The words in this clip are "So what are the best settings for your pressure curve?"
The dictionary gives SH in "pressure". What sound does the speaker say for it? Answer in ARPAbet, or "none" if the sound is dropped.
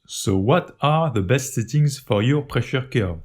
SH